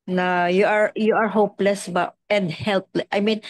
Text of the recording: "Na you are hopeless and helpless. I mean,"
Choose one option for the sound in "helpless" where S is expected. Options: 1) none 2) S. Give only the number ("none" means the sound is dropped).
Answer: 1